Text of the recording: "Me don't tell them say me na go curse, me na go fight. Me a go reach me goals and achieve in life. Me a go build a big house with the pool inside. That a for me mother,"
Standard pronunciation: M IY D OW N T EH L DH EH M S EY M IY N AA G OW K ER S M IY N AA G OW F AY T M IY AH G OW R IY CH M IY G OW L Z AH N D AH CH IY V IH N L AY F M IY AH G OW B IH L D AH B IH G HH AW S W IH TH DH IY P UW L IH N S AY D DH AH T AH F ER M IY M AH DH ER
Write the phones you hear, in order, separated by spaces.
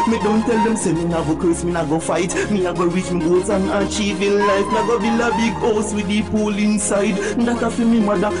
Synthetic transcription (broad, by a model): M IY D OW N T EH L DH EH M S EY M IY N AA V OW K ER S M IY N AA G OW F AY T M IY AH G OW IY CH M IY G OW Z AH N AH CH IY V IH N L AY F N AH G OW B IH L AH B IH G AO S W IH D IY P UW L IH N S AY D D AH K AH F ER M IY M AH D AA